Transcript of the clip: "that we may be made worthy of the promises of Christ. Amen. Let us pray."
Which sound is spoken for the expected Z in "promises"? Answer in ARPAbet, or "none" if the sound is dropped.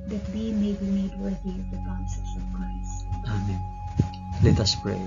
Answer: S